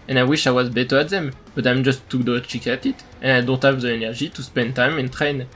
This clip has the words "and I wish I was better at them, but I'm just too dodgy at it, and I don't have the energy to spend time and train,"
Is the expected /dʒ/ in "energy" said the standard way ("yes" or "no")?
no